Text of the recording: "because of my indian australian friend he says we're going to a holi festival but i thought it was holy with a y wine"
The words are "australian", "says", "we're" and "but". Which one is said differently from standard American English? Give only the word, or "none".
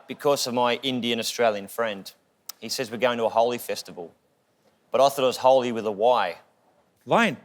none